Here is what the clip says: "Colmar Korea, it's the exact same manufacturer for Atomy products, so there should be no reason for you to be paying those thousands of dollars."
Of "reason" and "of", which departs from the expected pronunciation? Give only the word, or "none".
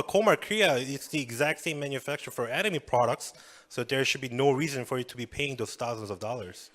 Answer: none